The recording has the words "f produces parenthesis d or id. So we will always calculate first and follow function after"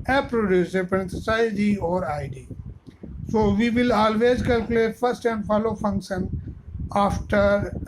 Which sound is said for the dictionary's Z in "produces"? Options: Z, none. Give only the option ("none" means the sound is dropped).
none